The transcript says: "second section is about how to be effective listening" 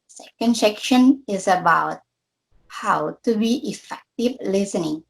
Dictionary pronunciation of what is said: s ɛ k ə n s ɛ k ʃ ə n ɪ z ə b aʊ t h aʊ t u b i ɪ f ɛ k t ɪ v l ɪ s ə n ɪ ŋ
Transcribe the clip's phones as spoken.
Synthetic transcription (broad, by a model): s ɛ k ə n s ɛ k ʃ ə n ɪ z ə b aʊ t h aʊ t u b i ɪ f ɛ k t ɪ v l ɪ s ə n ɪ ŋ